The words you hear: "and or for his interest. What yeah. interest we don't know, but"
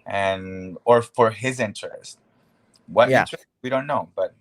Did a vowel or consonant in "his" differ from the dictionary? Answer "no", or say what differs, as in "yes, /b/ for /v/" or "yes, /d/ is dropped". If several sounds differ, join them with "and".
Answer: no